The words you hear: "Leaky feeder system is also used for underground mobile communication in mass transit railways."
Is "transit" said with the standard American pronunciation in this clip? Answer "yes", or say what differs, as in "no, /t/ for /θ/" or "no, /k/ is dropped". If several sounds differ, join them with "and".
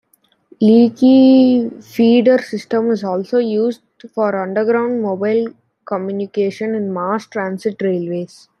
no, /s/ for /z/